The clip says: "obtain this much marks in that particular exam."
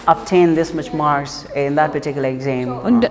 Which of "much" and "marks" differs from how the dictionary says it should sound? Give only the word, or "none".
marks